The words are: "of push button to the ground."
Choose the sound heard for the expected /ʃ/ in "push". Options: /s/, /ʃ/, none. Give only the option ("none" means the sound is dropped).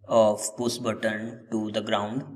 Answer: /s/